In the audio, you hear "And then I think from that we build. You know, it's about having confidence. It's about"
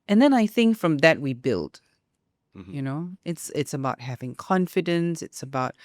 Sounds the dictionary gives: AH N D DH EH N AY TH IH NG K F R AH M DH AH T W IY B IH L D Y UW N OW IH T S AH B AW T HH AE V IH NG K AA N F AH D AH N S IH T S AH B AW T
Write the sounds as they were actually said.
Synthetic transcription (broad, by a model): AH N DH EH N AY TH IH NG K F R AH M DH AH T W IY B IH L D Y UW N OW IH T S AH B AW T HH AE V IH NG K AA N F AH D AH N S IH T S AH B AW T